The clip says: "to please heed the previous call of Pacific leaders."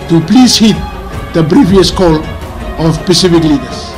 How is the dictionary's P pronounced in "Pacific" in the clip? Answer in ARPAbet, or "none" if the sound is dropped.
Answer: P